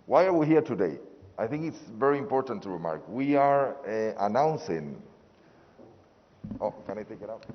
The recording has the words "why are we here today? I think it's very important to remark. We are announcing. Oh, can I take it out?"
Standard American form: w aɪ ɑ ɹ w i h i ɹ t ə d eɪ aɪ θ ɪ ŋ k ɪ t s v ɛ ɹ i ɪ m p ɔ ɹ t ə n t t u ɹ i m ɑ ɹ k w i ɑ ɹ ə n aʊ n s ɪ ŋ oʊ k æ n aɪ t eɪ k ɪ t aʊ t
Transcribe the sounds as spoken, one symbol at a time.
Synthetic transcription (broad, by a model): w aɪ ɑ ɹ w i h i ɹ t ə d eɪ aɪ θ ɪ ŋ k ɪ t s v ɛ ɹ i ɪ m p ɔ ɹ t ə n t t u ɹ i m ɑ ɹ k w i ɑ ɹ ə n aʊ n s ɪ ŋ oʊ k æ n aɪ t eɪ k ɪ t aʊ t